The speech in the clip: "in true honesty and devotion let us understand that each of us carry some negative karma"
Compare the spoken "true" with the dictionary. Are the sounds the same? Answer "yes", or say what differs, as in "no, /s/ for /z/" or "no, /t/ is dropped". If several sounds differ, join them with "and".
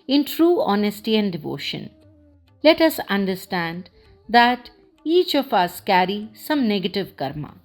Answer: yes